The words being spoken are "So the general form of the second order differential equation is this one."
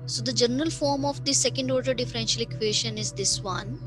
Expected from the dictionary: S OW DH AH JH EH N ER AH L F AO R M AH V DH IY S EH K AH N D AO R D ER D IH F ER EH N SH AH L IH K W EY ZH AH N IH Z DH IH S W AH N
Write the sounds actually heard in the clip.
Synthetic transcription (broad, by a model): S OW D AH JH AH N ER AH L F AO R M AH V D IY S EH K AH N D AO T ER D IH F ER EH N SH AH L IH K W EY SH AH N IH Z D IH S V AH N